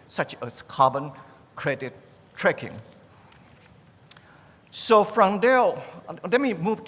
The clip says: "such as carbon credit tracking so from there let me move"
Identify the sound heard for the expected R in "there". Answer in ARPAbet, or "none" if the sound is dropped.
L